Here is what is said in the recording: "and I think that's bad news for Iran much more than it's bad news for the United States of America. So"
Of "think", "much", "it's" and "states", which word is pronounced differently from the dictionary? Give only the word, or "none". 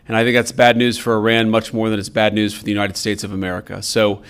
none